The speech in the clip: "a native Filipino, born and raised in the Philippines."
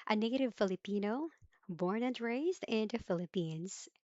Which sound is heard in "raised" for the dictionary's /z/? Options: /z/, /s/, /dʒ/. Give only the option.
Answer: /z/